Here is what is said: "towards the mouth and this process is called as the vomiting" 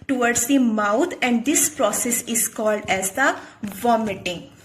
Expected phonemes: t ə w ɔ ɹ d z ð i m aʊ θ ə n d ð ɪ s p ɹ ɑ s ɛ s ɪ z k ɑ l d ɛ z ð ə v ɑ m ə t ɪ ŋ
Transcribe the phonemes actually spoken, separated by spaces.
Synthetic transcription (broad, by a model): t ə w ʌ ɹ d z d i m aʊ t ə n d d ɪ s p ɹ ɑ s ɛ s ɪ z k ɑ l d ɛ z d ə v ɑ m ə t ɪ ŋ